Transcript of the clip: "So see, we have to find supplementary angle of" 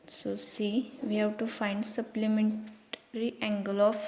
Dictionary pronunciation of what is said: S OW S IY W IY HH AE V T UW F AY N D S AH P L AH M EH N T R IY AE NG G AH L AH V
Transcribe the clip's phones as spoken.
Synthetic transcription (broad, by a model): S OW S IY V IY HH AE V T UW F AY N D S AH P L AH M EH N T R IY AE NG G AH L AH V